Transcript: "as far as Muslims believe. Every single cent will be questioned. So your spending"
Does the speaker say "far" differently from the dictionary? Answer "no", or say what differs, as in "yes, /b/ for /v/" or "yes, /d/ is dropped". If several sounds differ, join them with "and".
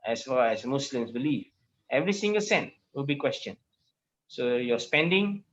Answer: yes, /l/ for /ɹ/